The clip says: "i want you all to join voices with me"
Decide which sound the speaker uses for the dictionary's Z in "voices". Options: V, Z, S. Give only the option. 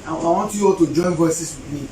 S